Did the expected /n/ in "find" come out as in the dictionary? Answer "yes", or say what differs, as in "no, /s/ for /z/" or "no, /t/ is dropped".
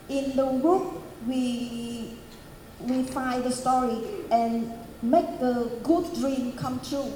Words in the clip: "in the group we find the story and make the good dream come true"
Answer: no, /n/ is dropped